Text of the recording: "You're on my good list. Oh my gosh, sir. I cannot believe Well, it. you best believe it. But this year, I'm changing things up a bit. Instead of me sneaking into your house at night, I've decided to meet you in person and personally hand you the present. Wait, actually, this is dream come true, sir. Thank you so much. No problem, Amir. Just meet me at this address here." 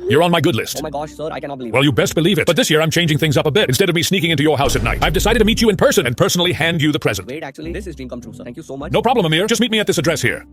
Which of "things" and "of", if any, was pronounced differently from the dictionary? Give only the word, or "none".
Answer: none